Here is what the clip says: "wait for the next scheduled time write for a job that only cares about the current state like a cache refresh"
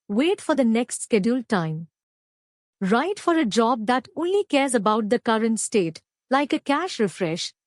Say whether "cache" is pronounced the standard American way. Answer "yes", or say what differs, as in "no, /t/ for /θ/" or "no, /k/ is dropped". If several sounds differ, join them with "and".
yes